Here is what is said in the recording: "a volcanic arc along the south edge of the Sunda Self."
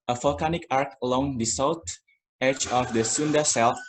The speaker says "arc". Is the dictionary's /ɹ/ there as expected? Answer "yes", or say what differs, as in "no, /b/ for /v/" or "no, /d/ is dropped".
yes